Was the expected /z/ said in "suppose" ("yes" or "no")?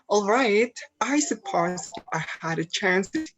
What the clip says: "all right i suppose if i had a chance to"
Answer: no